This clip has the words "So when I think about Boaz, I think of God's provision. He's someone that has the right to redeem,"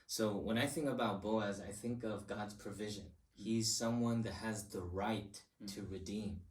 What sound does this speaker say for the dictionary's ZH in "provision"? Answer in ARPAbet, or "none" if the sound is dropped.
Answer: ZH